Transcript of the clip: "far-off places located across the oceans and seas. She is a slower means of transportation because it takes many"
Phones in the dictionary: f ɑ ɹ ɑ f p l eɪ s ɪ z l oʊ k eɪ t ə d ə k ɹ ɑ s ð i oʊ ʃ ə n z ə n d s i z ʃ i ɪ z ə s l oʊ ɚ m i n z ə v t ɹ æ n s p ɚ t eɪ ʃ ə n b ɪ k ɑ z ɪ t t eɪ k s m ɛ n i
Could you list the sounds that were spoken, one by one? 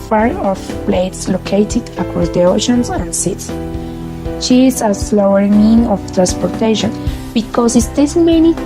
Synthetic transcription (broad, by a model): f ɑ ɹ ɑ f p l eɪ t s l oʊ k eɪ t ə d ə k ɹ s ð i oʊ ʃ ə n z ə n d s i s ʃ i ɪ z ə s l oʊ ɚ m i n ə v t ɹ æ n s p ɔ t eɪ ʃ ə n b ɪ k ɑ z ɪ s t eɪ s m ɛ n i